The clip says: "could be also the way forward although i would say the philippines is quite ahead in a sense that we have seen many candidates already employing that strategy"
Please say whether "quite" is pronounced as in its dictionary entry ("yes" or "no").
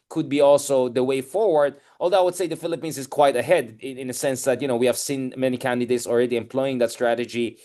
yes